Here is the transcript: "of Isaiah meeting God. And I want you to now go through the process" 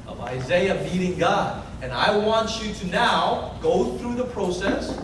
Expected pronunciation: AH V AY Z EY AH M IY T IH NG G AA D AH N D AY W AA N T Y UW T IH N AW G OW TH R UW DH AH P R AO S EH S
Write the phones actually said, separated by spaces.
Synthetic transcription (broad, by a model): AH V AY Z EY AH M IY T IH NG G AA D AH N AY W AA N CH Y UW T IH N AW G OW TH R UW DH AH P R AO S EH S